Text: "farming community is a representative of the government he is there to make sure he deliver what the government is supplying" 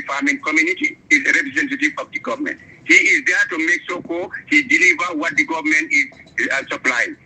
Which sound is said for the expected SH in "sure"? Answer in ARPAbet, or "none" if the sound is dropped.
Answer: S